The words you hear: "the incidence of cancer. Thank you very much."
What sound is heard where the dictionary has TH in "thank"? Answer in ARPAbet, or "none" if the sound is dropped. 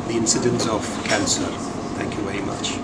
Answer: TH